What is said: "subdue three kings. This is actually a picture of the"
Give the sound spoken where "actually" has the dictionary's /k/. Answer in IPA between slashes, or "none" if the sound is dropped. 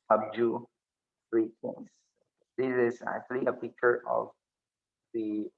/k/